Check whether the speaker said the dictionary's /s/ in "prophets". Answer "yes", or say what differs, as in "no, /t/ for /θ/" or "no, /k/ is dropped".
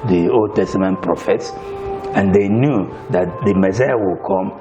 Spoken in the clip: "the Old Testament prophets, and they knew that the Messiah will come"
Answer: yes